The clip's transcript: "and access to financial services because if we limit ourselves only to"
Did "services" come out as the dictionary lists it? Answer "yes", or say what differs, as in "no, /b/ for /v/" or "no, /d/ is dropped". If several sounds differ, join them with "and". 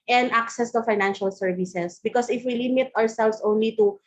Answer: no, /s/ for /z/